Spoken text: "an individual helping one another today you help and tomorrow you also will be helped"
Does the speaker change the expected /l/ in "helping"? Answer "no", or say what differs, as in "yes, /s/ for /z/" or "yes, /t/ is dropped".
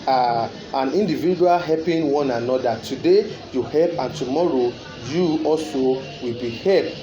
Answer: yes, /l/ is dropped